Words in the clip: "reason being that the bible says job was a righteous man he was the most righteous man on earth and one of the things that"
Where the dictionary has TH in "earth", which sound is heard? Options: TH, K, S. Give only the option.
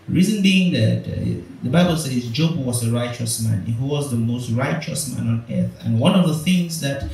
TH